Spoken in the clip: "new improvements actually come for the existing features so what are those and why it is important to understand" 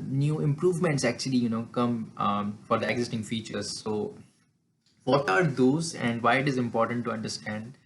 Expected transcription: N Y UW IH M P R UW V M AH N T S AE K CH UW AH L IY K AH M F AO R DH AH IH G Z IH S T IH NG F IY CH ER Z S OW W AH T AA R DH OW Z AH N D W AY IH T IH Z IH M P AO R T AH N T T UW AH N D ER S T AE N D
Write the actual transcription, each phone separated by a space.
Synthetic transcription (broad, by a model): N Y UW IH M P R UW V M AH N T S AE K CH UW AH L IY K AH M F AO R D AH IH G Z IH S T IH NG F IY CH ER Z S OW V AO T AA R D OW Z AH N D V AY IH T IH Z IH M P AO R T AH N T T UW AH N D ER S T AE N D